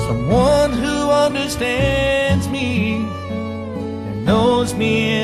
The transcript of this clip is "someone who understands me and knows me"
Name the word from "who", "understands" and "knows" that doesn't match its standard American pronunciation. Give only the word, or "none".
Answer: none